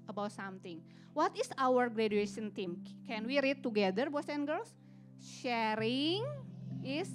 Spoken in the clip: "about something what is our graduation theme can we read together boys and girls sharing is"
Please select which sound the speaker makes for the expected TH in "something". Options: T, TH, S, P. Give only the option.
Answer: T